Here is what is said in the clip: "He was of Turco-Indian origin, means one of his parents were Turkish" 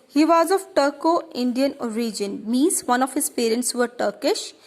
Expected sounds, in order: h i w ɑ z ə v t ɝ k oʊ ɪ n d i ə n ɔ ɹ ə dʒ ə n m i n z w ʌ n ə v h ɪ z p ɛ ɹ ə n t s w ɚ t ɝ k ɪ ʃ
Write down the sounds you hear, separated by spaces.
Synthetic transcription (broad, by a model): h i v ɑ z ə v t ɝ k oʊ ɪ n d i ə n ɔ ɹ ə dʒ ə n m i z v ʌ n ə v h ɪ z p ɛ ɹ ə n t s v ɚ t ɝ k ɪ ʃ